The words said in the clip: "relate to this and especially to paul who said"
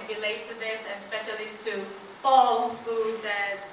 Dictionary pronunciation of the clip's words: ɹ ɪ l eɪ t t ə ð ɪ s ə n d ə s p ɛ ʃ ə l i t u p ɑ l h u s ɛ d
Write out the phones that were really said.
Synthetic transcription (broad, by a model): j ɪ l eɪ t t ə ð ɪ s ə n s p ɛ ʃ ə l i t u f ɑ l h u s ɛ